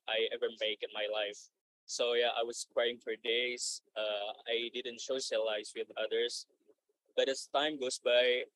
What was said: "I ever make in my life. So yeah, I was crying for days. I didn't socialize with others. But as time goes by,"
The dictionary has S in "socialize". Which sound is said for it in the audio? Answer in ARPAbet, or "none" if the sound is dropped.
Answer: SH